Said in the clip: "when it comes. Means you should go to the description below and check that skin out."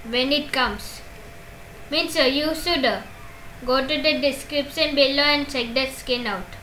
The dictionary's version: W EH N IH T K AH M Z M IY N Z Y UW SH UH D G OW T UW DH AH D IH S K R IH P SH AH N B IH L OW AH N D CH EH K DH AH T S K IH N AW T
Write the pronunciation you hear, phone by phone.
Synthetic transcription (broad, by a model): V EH N IH T K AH M S M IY N S Y UW S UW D G OW T UW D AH D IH S K R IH P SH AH N B IH L OW AH N D CH EH K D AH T S K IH N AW T